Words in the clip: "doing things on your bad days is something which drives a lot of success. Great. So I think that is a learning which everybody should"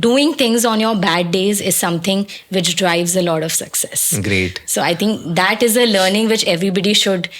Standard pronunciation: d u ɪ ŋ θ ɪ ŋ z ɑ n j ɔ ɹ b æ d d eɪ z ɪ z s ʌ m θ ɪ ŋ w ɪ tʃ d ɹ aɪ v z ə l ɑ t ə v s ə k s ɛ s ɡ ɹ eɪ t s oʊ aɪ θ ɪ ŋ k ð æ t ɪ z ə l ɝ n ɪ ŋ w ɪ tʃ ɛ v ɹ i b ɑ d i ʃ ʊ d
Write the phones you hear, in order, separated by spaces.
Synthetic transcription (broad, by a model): d u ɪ ŋ t ɪ ŋ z ɑ n j ɔ ɹ b æ d d eɪ z ɪ z s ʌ m t ɪ ŋ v ɪ tʃ d ɹ aɪ v z ə l ɑ t ə v s ə k s ɛ s ɡ ɹ eɪ t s oʊ aɪ t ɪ ŋ k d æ t ɪ z ə l ɝ n ɪ ŋ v ɪ tʃ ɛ v ɹ i b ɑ d i ʃ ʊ d